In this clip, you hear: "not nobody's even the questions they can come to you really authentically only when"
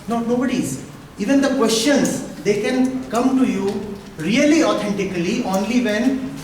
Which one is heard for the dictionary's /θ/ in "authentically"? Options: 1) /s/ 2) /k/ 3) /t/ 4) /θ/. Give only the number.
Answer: 3